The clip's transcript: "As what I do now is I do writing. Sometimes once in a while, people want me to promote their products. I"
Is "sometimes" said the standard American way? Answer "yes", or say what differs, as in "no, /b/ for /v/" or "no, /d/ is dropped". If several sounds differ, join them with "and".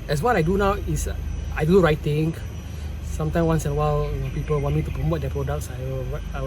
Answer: no, /z/ is dropped